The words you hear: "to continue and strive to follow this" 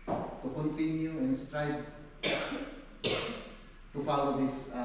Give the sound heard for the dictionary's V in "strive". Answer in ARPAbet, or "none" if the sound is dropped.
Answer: B